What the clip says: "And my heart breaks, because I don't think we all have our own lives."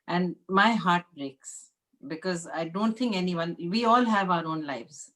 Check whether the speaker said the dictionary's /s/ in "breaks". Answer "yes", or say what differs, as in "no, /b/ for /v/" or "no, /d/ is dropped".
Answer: yes